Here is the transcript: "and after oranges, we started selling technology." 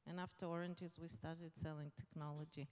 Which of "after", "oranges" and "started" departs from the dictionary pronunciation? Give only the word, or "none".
none